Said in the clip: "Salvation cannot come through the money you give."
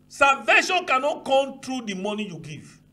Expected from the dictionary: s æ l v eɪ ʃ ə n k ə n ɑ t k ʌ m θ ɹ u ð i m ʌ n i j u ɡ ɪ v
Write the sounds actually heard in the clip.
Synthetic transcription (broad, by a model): s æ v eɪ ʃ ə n k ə n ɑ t k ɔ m t ɹ u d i m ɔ n i j u ɡ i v